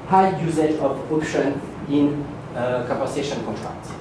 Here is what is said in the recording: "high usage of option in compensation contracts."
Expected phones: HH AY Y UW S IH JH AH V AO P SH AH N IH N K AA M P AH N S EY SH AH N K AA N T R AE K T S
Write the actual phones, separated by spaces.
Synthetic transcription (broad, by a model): HH AY Y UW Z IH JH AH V AO P SH AH N IH N K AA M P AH S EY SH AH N K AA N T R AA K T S